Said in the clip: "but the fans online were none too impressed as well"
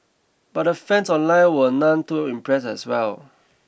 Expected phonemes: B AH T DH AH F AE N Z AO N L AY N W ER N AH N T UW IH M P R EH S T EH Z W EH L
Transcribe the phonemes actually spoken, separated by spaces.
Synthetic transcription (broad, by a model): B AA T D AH F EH N S AO N L AY N W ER N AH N T UW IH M P R EH S EH S W EH L